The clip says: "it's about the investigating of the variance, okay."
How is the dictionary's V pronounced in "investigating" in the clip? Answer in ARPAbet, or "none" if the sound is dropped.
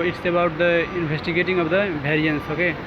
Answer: B